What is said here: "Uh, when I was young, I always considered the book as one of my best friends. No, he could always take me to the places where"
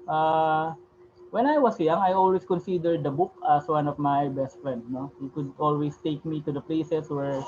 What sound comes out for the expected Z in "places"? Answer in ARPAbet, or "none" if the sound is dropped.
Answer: S